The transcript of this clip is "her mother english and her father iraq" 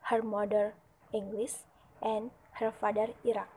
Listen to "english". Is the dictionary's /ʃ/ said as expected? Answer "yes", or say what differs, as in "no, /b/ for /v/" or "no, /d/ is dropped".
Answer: no, /s/ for /ʃ/